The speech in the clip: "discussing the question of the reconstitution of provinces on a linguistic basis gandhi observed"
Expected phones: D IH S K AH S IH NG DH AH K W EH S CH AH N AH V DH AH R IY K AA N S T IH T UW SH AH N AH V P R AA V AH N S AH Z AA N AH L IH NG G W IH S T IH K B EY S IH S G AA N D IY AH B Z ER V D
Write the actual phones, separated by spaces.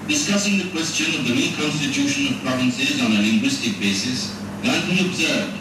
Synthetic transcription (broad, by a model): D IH S K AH S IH NG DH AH K W EH S CH AH N AH V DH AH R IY K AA N S T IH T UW SH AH N AH V P R AA V AH N S AH Z AA N AH L IH NG G W IH S T IH K B EY S IH S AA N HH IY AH B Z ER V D